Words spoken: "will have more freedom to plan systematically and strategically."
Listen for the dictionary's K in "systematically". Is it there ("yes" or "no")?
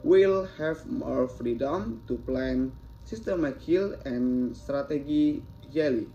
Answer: no